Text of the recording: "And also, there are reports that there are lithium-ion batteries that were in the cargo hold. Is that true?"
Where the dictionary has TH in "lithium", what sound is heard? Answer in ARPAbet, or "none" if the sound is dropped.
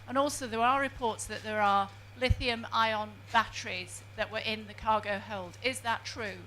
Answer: TH